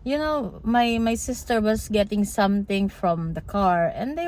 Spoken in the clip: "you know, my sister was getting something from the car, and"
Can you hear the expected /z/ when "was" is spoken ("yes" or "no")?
no